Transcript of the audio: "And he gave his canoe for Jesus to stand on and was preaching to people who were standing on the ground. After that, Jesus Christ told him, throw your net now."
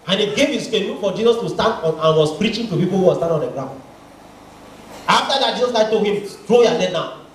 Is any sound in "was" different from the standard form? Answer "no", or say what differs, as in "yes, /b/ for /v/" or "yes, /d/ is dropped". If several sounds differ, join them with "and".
yes, /s/ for /z/